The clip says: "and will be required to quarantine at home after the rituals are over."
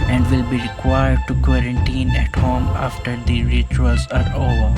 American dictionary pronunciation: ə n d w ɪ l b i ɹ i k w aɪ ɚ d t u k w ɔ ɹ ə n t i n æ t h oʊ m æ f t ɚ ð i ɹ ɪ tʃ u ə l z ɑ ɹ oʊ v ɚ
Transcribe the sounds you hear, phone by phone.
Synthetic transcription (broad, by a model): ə n d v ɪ l b i ɹ i k w aɪ ɚ d t u k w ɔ ɹ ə n t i n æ t h oʊ m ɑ f t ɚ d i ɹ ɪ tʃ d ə z ɑ ɹ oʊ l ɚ